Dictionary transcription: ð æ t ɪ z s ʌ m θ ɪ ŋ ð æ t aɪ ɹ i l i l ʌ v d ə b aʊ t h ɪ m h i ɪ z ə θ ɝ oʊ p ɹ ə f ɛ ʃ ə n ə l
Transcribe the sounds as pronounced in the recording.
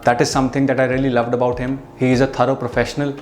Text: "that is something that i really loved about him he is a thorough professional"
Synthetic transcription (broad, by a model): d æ t ɪ z s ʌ m t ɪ ŋ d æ t aɪ ɹ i l i l ʌ v d ə b aʊ t h ɪ m h i ɪ z ə t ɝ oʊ p ɹ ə f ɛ ʃ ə n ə l